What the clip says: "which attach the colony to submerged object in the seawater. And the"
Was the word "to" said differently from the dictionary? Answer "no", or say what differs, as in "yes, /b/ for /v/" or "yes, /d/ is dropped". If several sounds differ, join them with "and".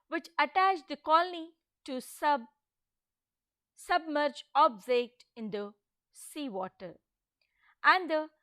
yes, /s/ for /t/